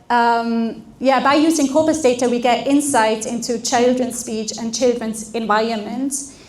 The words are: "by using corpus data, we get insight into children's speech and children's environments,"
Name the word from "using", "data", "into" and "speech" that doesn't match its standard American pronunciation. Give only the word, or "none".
none